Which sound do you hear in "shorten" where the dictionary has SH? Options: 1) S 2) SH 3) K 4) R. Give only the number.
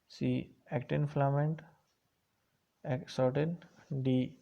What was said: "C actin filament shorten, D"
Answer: 1